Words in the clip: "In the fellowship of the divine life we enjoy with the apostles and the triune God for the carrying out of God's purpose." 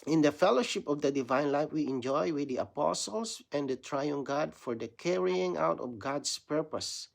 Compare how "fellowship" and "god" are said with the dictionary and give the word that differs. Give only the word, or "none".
none